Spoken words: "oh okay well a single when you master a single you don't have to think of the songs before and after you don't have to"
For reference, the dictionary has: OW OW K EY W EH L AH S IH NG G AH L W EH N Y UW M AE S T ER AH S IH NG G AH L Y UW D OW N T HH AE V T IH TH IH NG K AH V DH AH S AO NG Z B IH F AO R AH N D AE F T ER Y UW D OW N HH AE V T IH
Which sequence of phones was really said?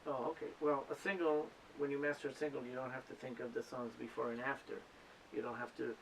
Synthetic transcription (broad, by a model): OW OW K EY W EH L AH S IH NG G L W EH N Y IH M AE S T ER AH S IH NG G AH L Y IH D OW N T HH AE F T IH TH IH NG K AH V DH AH S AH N Z B IH F AO R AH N AE F T ER Y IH D OW N HH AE F T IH